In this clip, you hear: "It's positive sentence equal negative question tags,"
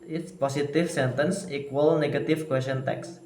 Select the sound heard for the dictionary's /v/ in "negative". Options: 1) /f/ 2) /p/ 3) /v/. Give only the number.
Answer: 1